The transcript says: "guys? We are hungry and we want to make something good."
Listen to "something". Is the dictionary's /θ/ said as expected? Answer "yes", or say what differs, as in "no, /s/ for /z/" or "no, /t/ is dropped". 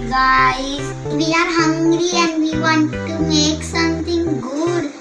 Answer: no, /t/ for /θ/